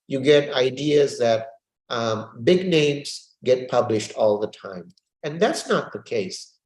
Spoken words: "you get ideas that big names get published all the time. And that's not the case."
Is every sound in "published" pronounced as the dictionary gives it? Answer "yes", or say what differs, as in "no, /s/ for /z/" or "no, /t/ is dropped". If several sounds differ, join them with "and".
yes